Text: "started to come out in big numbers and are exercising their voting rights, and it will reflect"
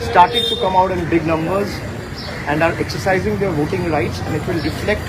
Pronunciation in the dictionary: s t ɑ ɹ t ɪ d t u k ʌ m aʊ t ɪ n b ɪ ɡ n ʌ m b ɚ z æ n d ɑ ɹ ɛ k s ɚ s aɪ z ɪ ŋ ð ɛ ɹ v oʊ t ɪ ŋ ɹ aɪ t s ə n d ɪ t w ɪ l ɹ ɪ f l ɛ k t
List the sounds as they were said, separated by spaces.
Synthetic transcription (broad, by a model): s t ɑ ɹ t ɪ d t u k ʌ m aʊ t ɪ n b ɪ ɡ n ʌ m b ɚ z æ n d ɑ ɹ ɛ k s ɚ s aɪ z ɪ ŋ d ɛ ɹ v oʊ t ɪ ŋ ɹ aɪ t s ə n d ɪ t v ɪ l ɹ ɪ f l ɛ k t